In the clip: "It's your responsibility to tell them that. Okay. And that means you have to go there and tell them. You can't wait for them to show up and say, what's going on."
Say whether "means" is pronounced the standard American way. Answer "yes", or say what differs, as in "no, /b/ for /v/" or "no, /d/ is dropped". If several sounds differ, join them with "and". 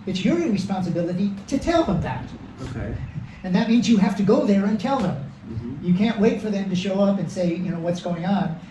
yes